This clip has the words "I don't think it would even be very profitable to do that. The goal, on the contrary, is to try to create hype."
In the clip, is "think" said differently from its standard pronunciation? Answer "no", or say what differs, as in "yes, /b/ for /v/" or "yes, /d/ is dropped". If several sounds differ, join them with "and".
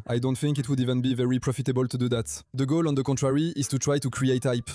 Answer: no